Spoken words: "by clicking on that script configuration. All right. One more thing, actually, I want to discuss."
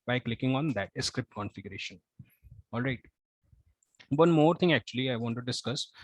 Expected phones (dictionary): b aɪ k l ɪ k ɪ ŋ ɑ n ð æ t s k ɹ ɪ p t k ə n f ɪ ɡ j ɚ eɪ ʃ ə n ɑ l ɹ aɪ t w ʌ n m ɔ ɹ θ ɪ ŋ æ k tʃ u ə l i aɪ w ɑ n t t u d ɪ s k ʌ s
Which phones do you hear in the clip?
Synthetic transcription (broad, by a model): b aɪ k l ɪ k ɪ ŋ ɑ n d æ t s k ɹ ɪ p t k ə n f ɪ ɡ j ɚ eɪ ʃ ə n ɑ l ɹ aɪ t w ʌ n m ɔ ɹ t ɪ ŋ æ k tʃ u ə l i aɪ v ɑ n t t u d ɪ s k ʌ s